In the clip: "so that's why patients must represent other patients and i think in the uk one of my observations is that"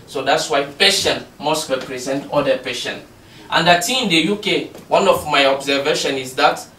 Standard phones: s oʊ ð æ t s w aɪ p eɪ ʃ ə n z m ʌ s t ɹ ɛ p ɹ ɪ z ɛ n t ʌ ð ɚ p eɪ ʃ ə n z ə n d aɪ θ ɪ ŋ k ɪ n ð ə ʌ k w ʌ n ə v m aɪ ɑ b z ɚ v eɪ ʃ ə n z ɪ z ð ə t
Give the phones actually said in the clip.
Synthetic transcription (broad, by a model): s oʊ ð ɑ t s w aɪ p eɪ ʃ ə n m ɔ s t ɹ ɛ p ɹ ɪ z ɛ n t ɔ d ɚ p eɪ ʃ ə n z ə n d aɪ t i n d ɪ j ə k w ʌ n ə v m aɪ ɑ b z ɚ v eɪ ʃ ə n ɪ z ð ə t